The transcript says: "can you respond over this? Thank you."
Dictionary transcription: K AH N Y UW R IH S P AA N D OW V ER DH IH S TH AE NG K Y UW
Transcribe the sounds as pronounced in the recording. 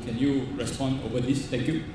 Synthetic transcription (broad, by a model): K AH N Y UW R IH S P AA N D OW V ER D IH S T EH K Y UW